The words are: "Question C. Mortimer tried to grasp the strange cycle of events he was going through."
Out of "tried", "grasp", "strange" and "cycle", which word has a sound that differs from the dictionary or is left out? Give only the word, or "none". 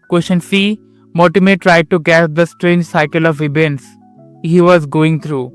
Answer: grasp